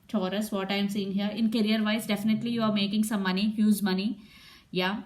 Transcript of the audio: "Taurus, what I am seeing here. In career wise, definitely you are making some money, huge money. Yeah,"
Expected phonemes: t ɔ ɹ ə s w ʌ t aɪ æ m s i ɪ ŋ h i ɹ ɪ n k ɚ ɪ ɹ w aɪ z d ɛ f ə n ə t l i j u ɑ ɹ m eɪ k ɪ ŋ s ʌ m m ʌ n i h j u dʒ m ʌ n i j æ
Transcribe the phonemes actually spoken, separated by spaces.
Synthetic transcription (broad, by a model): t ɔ ɹ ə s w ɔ t aɪ m s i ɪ ŋ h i ɹ ɪ n k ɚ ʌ ɹ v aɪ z d ɛ f ə n ə t l i j u ɑ ɹ m eɪ k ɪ ŋ s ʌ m m ʌ n i h j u z m ʌ n i j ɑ